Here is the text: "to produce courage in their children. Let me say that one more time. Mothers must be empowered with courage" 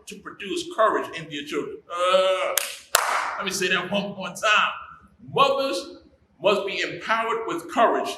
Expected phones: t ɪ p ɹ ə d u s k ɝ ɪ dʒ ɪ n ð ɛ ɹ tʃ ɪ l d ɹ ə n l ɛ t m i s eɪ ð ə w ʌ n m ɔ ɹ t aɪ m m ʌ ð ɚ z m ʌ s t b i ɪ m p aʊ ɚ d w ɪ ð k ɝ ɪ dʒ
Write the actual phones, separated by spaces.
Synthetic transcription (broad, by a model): t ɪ p ɹ ə d u s k ɝ ɪ dʒ ɪ n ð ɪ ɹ tʃ ɪ l d ɹ ə n l ɛ t m i s eɪ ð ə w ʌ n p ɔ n t aɪ m m ʌ ð ɚ z m ʌ s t b i ɪ m p aʊ ɚ d w ɪ ð k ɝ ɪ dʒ